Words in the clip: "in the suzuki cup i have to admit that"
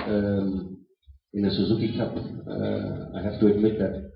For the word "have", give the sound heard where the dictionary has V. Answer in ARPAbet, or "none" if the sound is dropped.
F